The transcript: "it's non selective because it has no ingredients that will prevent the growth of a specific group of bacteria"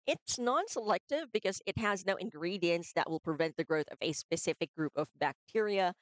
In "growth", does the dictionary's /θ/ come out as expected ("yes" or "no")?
yes